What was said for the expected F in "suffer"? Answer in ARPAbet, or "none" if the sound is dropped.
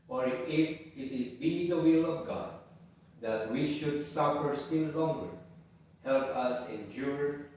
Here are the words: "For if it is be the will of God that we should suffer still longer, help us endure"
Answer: F